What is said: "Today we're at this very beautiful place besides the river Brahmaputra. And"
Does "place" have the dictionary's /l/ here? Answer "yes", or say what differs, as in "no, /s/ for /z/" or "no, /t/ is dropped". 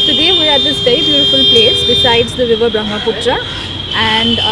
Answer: yes